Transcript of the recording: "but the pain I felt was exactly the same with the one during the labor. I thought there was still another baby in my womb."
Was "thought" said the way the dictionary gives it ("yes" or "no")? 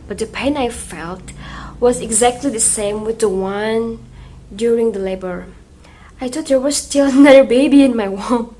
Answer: no